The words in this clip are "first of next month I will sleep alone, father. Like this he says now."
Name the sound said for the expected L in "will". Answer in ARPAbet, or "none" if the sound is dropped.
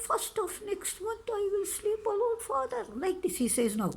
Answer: L